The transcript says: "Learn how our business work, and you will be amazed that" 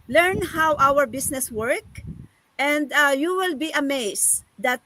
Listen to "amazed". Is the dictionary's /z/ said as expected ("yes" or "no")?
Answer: no